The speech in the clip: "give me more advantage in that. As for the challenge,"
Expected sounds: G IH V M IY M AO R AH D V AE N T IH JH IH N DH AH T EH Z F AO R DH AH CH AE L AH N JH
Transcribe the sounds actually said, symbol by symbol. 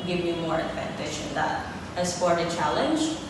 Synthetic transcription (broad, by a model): G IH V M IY M AO R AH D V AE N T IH SH IH N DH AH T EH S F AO R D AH CH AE L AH N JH